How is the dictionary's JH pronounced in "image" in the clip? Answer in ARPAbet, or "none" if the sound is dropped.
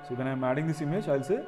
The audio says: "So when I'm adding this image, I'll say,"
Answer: CH